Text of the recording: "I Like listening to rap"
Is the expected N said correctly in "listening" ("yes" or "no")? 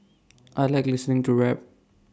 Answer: yes